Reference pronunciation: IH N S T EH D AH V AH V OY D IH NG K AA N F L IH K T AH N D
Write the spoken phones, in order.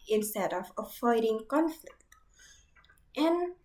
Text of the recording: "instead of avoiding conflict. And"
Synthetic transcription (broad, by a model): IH N S T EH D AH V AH F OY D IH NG K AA N F L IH K T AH N